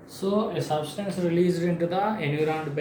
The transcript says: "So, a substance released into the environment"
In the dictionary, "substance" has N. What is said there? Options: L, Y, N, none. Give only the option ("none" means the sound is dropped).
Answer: N